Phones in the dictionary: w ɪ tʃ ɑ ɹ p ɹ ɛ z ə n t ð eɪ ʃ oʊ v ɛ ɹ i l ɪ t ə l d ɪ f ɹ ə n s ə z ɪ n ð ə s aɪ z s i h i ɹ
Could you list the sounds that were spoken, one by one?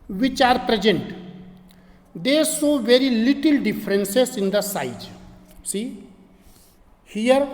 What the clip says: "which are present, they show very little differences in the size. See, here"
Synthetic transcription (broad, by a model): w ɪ tʃ ɑ ɹ p ɹ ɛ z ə n t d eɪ s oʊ v ɛ ɹ i l ɪ t ə l d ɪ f ɹ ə n s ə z ɪ n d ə s aɪ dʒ s i h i ɹ